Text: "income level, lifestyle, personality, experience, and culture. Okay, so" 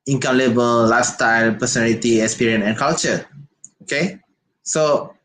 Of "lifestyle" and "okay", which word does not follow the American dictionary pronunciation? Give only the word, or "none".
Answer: lifestyle